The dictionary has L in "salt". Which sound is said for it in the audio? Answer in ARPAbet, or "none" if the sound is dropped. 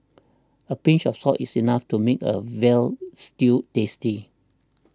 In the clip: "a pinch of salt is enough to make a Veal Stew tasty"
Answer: none